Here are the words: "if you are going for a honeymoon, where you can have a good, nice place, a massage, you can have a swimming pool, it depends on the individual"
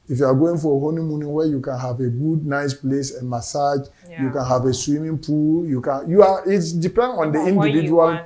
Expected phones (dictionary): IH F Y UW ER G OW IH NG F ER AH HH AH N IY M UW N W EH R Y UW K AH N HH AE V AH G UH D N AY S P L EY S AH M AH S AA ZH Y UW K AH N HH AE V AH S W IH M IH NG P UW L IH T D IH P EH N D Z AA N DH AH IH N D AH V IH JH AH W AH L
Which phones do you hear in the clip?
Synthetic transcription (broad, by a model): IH F Y UW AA G OW IH NG F AH HH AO N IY M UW N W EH Y UW K AH N HH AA V AH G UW D N AY S P L EY S AH M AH S AA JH Y UW K AH N HH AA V AH S W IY M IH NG P UW L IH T D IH P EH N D AA N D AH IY N D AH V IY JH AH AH L